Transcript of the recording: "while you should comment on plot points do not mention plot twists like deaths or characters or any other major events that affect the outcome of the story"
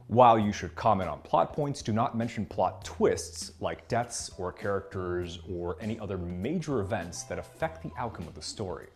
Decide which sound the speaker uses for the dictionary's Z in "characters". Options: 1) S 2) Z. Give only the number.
2